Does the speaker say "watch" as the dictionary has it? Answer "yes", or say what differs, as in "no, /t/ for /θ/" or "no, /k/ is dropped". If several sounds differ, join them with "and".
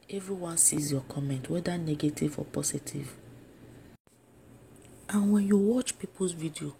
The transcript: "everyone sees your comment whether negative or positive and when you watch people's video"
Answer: yes